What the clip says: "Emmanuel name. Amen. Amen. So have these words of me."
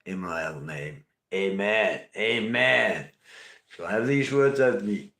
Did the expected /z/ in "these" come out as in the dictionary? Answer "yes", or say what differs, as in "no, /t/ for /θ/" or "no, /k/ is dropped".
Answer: yes